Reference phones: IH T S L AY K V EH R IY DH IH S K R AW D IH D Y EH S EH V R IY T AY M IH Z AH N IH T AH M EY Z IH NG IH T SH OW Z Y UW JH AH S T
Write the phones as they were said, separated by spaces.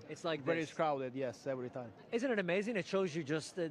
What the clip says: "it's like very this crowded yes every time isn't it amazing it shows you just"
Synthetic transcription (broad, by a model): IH T S L AY K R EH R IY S K R AW D IH D Y EH S EH V R IY T AY M IH Z AH N IH T AH M EY Z IH NG IH T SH OW Z Y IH JH AH S T